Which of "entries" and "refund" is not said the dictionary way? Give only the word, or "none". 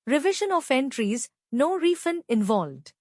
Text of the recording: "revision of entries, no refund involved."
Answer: refund